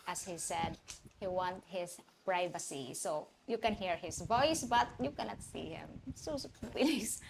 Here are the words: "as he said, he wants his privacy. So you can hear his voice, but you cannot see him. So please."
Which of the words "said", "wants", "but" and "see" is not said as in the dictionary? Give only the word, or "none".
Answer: wants